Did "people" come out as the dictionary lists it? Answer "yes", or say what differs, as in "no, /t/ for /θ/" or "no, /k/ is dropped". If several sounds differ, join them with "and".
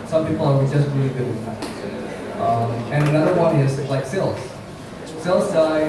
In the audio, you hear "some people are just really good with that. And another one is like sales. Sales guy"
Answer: no, /w/ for /l/